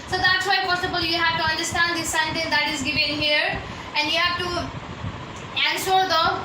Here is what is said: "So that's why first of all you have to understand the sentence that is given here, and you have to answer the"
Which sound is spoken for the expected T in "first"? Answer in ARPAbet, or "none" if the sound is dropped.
none